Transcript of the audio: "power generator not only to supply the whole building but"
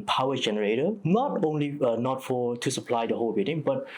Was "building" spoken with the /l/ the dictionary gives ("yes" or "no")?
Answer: no